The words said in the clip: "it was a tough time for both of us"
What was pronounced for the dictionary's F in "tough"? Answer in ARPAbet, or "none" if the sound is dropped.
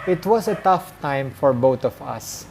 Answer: F